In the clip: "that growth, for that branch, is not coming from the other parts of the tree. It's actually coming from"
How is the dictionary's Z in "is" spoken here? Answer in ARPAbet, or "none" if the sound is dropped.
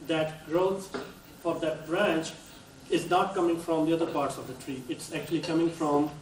Z